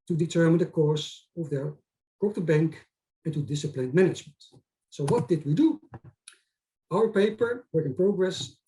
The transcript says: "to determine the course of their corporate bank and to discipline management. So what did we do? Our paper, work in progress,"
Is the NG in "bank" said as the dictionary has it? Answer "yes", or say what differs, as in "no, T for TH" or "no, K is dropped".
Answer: yes